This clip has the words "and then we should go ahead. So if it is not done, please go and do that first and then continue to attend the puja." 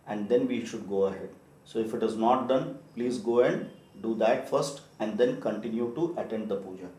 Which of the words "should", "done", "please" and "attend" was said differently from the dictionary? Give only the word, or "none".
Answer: none